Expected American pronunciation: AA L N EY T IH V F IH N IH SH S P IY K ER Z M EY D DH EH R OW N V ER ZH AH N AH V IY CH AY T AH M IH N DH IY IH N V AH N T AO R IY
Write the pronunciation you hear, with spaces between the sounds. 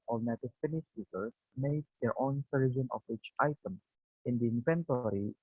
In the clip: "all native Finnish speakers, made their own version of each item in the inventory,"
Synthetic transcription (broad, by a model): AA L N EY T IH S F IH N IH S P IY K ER S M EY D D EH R OW N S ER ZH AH N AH W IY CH AY T AH M IH N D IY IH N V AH N T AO R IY